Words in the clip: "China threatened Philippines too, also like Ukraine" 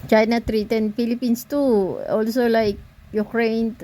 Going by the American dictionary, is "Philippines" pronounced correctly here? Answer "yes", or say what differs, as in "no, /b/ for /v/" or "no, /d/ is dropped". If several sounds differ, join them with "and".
no, /s/ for /z/